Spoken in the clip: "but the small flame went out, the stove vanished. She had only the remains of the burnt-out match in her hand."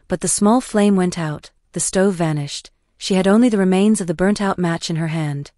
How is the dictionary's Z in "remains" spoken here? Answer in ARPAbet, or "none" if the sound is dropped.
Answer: Z